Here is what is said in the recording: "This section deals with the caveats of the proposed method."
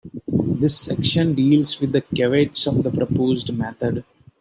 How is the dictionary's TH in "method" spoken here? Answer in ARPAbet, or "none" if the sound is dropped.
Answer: T